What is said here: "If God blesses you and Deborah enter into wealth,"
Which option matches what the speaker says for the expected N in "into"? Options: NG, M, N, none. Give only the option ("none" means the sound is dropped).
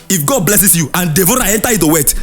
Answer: none